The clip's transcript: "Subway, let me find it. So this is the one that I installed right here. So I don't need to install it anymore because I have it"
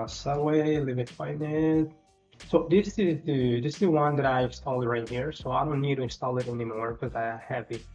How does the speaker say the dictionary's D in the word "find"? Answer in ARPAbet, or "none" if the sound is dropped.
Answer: none